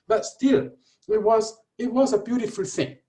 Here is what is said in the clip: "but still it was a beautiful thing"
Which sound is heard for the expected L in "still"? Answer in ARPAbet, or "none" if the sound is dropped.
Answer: W